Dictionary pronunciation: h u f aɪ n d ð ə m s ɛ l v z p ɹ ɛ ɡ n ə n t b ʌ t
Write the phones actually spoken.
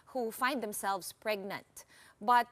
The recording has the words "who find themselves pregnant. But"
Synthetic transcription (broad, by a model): h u f aɪ n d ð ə m s ɛ l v s p ɹ ɛ ɡ n ə n t b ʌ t